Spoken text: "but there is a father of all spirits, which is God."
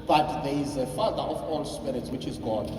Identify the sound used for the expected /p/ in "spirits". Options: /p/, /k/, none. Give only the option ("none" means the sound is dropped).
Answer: /p/